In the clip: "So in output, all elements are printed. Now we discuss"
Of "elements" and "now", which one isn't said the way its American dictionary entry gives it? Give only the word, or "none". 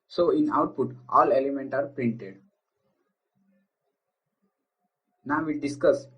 elements